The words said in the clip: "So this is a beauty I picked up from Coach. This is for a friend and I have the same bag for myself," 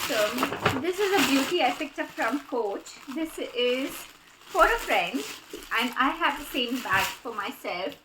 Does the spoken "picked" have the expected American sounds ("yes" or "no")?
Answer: no